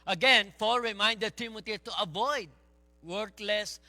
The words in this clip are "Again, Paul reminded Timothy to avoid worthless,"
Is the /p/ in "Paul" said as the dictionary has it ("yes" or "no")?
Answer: no